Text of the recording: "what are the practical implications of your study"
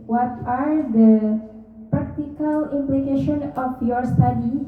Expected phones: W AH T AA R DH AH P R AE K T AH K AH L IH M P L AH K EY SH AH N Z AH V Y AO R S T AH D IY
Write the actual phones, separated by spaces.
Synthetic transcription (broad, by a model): W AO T AA R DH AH P R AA K T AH K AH L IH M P L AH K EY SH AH N AH F Y AO R S T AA D IY